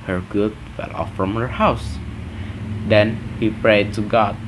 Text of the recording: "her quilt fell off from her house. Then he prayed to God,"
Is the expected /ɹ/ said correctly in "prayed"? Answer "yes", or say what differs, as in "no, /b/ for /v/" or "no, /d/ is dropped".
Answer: yes